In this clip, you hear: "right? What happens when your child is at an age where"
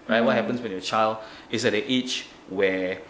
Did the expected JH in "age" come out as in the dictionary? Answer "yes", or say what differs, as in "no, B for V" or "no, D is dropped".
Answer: no, CH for JH